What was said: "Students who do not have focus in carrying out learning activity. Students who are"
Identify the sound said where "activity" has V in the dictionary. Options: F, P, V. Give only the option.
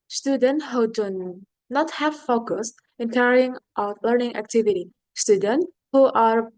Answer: V